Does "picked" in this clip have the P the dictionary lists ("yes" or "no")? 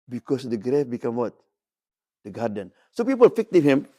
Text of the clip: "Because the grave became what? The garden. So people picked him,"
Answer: no